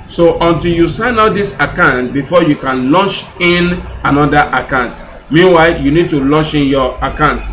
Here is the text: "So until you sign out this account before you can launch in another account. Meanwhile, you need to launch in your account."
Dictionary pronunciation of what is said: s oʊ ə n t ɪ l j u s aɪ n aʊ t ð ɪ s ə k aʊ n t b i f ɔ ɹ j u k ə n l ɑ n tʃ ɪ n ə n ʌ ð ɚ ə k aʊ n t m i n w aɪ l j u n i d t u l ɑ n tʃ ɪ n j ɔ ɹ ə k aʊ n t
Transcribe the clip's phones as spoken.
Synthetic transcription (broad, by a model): s oʊ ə n t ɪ l j u s aɪ n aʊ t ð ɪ s ə k aʊ n t b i f ɔ j u k ə n l ɑ n tʃ ɪ n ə n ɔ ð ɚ ə k aʊ n t m i n w aɪ l j u n i d t u l ɑ n tʃ ɪ n j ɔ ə k aʊ n t